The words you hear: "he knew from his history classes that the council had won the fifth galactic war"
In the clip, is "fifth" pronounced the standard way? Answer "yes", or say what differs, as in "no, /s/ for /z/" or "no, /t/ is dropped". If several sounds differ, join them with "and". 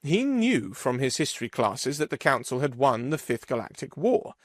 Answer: yes